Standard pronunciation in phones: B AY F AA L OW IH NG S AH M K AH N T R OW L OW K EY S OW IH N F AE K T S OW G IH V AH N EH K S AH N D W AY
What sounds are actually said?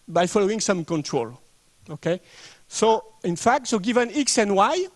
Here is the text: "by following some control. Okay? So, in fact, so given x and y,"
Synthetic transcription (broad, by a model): B AY F AA L OW IH NG S AH M K AH N T R OW L OW K EY S OW IH N F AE K T S OW G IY V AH N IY K S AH N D W AY